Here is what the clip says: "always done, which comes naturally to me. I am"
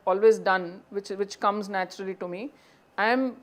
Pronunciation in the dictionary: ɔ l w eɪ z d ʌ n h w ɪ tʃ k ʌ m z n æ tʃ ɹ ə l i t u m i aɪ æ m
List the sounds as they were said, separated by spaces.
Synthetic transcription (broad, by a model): ɔ l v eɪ z d ʌ n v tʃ ɪ tʃ k ʌ m z n æ tʃ ɹ ə l i t u m i aɪ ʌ m